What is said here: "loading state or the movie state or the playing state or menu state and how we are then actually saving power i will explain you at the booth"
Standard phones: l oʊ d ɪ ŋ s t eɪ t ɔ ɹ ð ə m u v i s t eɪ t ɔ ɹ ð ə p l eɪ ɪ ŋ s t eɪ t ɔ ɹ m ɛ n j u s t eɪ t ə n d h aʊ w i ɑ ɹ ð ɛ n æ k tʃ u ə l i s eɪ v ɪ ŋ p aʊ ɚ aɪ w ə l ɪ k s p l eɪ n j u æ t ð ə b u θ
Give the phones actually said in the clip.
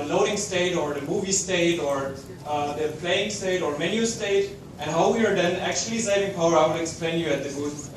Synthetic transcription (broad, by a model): l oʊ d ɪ ŋ s t eɪ t ɔ ɹ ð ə m u v i s t eɪ t ɔ ɹ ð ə p l eɪ ɪ ŋ s t eɪ t ɔ ɹ m ɛ n j u s t eɪ t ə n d h aʊ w i ɑ ɹ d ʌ n æ k tʃ u ə l i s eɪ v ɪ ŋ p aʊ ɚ aɪ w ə n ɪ k s p l eɪ n j u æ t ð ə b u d